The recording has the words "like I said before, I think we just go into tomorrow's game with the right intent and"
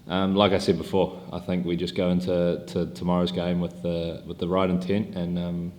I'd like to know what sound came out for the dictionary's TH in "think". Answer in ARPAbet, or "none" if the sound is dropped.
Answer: TH